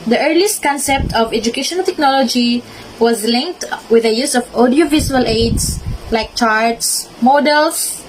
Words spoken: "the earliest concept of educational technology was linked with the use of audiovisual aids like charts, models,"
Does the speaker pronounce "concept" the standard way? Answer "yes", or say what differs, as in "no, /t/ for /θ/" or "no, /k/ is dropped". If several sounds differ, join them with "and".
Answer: yes